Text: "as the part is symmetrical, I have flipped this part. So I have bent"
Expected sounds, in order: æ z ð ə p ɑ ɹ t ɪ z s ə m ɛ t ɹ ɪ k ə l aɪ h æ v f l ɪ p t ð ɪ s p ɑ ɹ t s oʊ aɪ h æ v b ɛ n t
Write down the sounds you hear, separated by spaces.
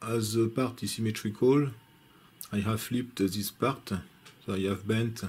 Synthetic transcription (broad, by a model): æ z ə p ɑ ɹ t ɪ s ə m ɛ t ɹ ɪ k ə l aɪ h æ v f l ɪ p t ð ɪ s p ɑ ɹ t s oʊ aɪ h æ v b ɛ n t